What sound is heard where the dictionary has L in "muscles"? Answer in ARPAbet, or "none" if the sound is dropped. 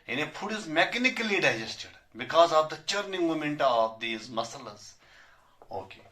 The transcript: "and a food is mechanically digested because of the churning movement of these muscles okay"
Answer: none